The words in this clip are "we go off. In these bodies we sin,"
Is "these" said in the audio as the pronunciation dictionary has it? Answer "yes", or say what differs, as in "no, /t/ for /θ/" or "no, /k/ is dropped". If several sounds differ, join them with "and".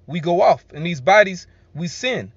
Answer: yes